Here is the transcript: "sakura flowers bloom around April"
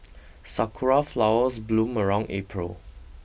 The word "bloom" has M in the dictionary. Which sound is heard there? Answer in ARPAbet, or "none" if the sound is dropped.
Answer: M